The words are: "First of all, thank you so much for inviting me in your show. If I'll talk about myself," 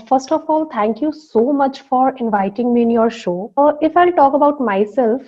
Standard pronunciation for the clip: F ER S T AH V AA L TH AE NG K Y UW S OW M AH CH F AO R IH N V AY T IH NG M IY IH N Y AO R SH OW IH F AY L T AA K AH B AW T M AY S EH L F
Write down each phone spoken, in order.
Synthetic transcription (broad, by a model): F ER S T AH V AA L T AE NG K Y UW S OW M AH CH F AO R IH N V AY T IH NG M IY IH N Y AO R SH OW IH F AY L T AA K AH B AW T M AY S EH L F